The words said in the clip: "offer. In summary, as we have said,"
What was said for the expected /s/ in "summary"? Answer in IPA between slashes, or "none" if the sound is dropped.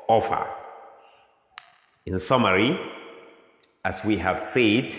/s/